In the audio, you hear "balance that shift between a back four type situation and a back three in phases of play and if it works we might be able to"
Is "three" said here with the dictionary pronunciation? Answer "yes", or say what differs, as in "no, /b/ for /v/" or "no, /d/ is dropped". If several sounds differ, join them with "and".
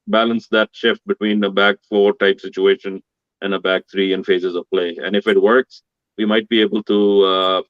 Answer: no, /t/ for /θ/